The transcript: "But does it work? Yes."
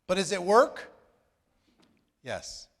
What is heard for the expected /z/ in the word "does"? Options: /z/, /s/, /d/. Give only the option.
/z/